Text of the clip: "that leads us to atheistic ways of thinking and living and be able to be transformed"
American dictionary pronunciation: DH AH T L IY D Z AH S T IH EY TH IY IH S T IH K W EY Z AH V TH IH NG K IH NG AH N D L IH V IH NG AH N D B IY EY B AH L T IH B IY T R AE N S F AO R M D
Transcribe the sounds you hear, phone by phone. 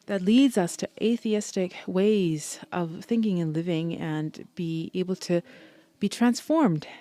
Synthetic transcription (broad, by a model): DH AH T L IY D Z AH S T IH EY TH IY IH S T IH K W EY Z AH V TH IH NG K IH NG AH N L IH V IH NG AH N B IY EY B L T IH B IY T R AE N S F AO R M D